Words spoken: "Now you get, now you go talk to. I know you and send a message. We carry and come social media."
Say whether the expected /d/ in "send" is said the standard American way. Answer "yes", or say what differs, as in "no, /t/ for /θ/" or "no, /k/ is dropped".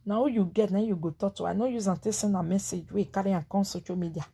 no, /d/ is dropped